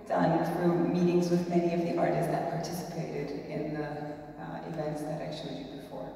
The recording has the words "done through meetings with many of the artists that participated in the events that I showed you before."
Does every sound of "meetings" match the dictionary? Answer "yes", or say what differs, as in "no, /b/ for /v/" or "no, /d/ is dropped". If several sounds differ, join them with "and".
yes